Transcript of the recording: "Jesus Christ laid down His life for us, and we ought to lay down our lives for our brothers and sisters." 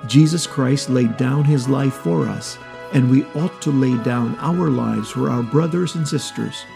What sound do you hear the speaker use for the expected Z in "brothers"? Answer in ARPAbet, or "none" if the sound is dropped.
Z